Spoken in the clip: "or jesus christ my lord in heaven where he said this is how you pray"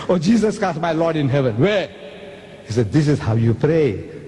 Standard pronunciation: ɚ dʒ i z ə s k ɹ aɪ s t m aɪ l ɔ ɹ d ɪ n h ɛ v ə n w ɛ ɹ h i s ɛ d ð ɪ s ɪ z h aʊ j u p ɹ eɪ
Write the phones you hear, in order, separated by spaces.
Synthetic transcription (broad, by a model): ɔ dʒ i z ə s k aɪ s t m aɪ l ɔ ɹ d ɪ n h ɛ v ə n w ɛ h i s ɛ d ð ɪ s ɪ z h aʊ j u p ɹ eɪ